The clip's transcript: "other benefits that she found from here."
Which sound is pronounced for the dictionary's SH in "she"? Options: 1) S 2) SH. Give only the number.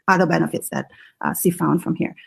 1